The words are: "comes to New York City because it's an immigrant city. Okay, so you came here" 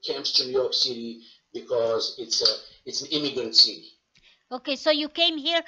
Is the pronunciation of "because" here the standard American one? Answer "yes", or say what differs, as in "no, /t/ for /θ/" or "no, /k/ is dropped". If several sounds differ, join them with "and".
yes